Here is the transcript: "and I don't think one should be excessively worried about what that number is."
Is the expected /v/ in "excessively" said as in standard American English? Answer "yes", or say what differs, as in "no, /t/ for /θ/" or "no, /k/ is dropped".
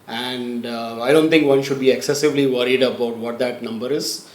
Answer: yes